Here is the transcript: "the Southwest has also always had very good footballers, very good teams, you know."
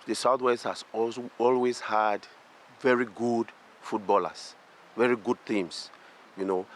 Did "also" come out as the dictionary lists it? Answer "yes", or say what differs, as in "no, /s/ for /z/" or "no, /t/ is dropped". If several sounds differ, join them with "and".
no, /l/ is dropped